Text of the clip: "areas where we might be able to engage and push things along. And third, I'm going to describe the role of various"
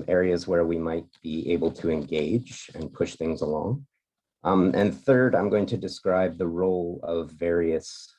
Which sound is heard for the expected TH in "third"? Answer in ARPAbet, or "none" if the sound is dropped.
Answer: TH